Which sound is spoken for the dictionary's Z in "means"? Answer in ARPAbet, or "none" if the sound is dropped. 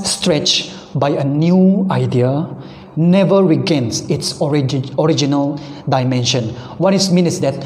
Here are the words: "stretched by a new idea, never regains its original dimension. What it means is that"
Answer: none